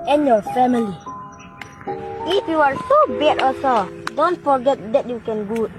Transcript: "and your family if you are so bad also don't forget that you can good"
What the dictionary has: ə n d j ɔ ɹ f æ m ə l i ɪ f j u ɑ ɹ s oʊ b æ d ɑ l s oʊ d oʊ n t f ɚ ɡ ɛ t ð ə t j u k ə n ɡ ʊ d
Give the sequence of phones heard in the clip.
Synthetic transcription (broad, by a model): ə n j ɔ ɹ f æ m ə l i ɪ f j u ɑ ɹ s oʊ b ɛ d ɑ s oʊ d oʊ n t f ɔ ɡ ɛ t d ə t j u k ə n ɡ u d